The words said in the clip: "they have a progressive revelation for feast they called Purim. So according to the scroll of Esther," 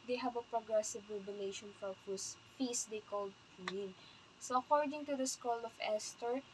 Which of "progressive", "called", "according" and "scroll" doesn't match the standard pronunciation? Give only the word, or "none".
scroll